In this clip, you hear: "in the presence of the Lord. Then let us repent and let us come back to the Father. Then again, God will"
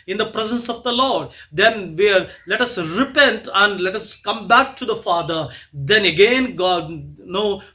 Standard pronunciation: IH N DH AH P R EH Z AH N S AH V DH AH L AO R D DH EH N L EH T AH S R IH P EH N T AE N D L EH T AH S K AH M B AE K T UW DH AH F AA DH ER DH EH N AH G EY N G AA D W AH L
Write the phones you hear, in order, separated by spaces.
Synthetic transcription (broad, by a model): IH N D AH P R EH Z AH N S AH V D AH L AO R D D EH N L EH T AH S R IH P EH N T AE N D L EH T AH S K AH M B AE K T UW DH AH F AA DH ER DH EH N AH G EY N G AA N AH